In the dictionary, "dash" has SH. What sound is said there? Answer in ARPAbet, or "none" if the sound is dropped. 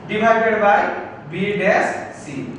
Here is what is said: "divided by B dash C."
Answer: S